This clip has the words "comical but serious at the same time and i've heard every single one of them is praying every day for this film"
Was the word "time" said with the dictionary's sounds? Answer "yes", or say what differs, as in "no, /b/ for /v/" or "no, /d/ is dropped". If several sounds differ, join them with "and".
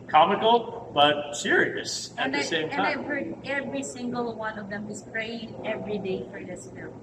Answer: no, /m/ is dropped